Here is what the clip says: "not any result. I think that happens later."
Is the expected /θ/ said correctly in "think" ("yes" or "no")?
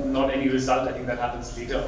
no